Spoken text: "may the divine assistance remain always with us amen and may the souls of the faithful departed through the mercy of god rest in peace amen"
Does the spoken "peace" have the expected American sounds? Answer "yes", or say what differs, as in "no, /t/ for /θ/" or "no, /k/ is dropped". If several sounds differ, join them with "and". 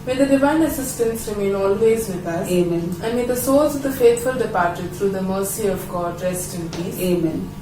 no, /s/ is dropped